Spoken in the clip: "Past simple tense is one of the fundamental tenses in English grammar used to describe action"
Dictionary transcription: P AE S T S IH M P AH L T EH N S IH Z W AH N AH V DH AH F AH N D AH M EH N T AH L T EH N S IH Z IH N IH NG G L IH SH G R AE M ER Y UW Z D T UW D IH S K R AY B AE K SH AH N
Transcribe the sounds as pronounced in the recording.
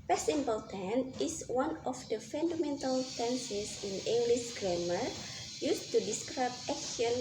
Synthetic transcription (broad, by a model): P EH S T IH M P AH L T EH N IH S W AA N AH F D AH F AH N D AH M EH N T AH L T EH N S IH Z IH N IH NG G L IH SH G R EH M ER Y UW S T UW D IH S K R AY B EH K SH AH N